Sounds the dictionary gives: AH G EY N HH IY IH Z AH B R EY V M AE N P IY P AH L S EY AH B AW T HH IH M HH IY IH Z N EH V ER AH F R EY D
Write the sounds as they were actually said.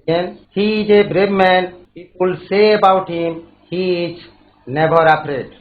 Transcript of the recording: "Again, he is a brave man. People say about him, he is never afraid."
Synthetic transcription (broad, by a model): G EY N HH IY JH AH B R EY B M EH N P IY P AH L S EY AH B AW T HH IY M HH IY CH N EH B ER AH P R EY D